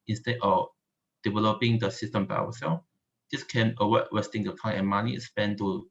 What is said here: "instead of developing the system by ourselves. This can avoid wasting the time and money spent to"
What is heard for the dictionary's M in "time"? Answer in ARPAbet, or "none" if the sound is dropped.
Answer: none